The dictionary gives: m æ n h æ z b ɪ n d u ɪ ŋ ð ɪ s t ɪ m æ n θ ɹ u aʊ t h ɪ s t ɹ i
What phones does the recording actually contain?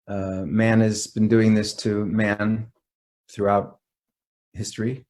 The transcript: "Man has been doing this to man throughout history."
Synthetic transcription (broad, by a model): m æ n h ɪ z b ɪ n d u ɪ ŋ ð ɪ s t ɪ m æ n θ ɹ u aʊ t h ɪ s t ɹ i